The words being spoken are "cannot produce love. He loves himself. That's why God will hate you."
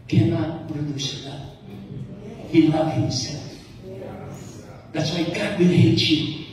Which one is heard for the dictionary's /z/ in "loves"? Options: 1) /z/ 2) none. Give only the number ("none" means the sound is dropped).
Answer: 2